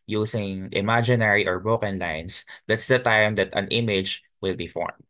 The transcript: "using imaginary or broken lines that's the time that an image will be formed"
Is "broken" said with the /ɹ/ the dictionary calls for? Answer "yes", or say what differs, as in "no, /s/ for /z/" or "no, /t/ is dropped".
no, /ɹ/ is dropped